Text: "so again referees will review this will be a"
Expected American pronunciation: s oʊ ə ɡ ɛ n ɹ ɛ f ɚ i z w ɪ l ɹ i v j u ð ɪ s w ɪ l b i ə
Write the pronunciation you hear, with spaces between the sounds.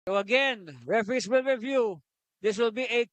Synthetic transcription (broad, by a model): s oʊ ə ɡ ɛ n ɹ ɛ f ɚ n s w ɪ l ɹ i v j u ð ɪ s w ɪ l b i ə